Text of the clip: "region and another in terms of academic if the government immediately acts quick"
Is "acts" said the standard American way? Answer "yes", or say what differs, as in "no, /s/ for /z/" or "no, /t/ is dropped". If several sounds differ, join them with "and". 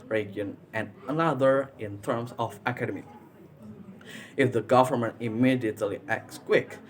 yes